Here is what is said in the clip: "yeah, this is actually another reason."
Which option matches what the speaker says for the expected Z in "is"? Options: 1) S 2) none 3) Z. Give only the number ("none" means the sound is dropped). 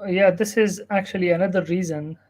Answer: 3